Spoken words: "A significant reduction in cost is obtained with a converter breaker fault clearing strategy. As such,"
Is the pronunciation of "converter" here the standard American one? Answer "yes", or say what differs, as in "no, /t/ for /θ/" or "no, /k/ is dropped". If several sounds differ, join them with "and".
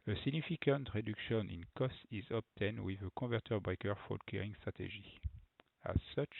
no, /n/ is dropped